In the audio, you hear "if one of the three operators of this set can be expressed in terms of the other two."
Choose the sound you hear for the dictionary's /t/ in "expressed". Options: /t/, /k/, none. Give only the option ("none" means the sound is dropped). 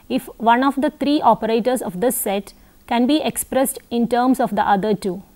/t/